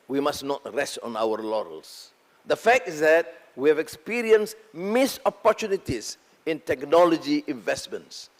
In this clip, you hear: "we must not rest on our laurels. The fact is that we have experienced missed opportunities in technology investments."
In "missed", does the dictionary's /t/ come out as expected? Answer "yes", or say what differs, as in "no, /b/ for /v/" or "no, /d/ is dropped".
no, /t/ is dropped